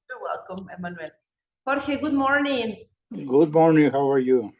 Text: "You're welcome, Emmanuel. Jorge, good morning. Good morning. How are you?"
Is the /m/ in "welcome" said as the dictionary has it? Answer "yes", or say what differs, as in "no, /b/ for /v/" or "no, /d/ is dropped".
yes